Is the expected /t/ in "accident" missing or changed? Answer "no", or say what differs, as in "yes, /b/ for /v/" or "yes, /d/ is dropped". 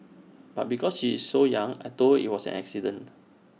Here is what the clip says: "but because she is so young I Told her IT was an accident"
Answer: yes, /t/ is dropped